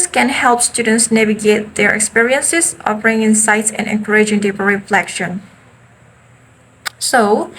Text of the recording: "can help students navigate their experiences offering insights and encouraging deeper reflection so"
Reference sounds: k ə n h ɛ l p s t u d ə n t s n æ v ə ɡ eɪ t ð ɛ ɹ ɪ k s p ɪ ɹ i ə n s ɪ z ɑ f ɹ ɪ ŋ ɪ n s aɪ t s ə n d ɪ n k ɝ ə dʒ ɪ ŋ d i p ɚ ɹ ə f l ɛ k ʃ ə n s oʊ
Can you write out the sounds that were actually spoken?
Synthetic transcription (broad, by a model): k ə n h ɛ l p s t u d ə n t s n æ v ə ɡ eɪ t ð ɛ ɹ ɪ k s p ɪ ɹ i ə n s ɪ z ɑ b ɹ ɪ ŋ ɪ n s aɪ t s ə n ɪ n k ɝ ə dʒ ɪ ŋ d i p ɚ ɹ ə f l ɛ k ʃ ə n s oʊ